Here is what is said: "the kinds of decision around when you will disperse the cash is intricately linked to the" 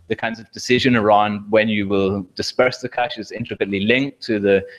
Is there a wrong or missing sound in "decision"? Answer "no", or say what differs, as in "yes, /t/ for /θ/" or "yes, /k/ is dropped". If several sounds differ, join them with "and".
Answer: no